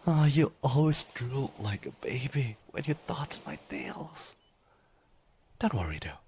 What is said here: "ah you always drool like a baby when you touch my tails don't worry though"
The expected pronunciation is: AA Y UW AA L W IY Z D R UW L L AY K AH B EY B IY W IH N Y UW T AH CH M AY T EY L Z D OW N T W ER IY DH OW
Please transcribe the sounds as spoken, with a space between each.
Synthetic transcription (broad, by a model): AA Y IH AA L W IY Z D R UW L L AY K AH B EY B IY W IH N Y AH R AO S M AY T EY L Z D OW N T W ER IY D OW